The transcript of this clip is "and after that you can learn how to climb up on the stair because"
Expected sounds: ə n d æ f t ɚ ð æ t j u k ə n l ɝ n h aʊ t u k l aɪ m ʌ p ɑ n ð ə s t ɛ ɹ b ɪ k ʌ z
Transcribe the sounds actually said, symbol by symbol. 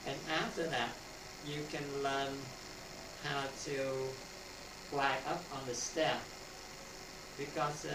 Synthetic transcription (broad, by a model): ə n æ f t ɚ ð æ t j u k ə n l ɝ n h aʊ t u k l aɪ ʌ p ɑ n ð ə s t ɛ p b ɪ k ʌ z